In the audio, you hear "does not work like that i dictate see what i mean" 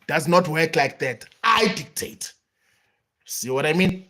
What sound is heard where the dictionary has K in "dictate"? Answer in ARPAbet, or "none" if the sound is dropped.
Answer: K